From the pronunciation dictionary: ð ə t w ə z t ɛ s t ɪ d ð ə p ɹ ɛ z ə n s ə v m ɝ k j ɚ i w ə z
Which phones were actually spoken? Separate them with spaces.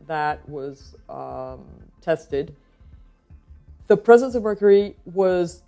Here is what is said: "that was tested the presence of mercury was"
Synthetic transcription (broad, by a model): ð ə t w ə z t ɛ s t ɪ d ð ə p ɹ ɛ z ə n s ə v m ɝ k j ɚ i w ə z